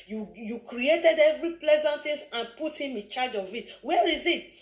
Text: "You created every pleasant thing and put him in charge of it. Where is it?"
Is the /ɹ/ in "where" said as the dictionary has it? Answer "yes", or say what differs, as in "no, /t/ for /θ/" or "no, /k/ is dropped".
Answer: yes